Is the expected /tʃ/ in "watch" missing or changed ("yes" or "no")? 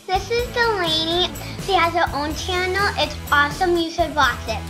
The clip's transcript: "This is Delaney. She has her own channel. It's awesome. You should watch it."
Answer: yes